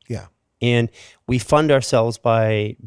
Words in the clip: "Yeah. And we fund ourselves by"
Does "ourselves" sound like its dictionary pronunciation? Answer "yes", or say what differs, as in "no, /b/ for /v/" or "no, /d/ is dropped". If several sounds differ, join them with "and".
yes